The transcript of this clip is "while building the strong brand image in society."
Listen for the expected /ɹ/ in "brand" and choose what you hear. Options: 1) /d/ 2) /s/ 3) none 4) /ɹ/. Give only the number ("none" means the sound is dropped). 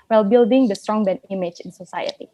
3